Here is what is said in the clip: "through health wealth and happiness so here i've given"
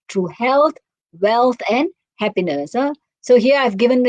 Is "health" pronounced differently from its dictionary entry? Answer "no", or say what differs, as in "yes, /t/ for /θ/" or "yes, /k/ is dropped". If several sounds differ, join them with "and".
yes, /t/ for /θ/